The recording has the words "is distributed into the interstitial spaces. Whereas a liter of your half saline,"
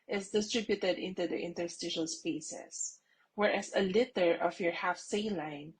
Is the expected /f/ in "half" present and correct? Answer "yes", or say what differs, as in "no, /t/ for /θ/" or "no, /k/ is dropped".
yes